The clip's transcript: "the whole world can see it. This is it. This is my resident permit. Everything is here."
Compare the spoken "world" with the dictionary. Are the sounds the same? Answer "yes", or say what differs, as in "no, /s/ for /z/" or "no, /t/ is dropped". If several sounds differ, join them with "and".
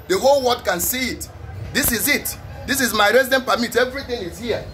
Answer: no, /l/ is dropped